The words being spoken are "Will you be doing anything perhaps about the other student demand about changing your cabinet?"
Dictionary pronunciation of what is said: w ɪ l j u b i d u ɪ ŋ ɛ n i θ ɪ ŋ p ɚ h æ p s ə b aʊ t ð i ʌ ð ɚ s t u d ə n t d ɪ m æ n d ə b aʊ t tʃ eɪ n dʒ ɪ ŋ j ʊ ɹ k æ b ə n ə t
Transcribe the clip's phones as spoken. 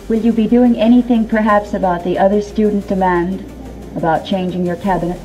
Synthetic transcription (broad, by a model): w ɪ l j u b i d u ɪ ŋ ɛ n i θ ɪ ŋ p ɚ h æ p s ə b aʊ t ð i ʌ ð ɚ s t u d n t d ɪ m æ n d ə b aʊ t tʃ eɪ n dʒ ɪ ŋ j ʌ ɹ k æ b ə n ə t